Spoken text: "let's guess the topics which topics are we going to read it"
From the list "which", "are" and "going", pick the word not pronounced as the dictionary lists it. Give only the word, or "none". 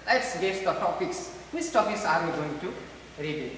which